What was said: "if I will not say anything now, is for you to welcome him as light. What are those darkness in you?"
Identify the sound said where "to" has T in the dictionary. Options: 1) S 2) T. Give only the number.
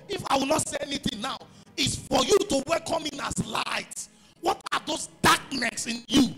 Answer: 2